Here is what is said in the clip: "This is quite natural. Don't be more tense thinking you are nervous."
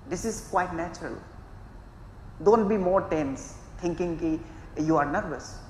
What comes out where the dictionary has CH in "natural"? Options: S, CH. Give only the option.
CH